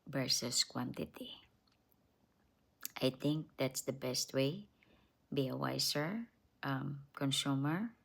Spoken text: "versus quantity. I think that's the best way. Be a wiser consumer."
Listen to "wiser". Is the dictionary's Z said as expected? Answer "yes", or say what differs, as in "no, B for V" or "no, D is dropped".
no, S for Z